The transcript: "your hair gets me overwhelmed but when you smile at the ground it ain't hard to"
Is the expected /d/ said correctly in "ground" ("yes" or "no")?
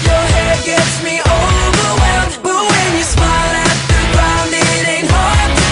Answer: no